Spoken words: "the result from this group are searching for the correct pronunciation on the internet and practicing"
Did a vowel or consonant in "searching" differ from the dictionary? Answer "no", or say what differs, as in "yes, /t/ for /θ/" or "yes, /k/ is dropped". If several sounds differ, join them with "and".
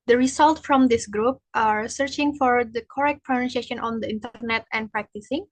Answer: no